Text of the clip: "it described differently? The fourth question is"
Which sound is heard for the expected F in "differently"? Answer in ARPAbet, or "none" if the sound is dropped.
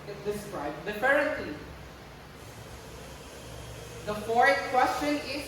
none